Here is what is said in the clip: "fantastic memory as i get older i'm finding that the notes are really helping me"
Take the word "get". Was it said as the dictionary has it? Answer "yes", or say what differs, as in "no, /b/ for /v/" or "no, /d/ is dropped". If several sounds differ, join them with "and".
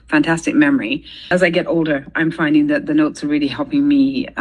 yes